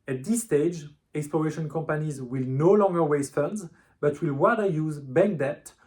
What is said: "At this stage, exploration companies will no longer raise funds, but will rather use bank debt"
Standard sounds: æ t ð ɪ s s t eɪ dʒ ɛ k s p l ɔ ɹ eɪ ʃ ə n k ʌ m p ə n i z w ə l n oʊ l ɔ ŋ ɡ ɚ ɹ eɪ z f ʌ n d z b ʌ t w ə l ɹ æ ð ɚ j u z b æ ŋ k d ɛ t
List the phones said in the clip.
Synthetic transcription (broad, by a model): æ t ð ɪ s s t eɪ dʒ ɛ k s p l ɔ ɹ eɪ ʃ ə n k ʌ m p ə n i z w ə l n oʊ l ɔ ŋ ɡ ɚ w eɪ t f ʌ n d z b ʌ t w ə l w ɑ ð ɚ j u z b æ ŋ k d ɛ t